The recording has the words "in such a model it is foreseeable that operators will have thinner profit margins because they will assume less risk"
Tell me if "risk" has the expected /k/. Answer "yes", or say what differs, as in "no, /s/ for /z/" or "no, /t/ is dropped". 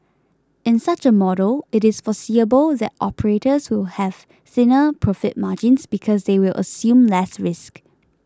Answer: yes